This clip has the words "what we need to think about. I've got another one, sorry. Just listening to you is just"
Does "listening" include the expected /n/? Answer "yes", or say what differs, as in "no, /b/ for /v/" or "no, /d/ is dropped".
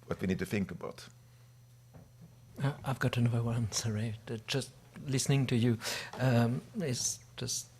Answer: yes